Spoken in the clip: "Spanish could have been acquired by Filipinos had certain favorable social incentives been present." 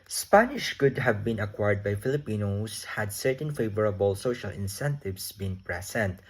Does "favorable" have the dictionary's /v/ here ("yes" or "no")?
yes